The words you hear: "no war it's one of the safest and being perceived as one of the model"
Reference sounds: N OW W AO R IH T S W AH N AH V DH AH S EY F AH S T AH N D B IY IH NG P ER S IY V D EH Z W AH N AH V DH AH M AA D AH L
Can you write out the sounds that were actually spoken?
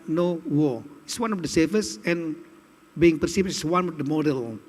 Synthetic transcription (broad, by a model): N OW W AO IH T S W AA N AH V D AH S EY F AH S AH N B IY IH NG P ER S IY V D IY S W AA N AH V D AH M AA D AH L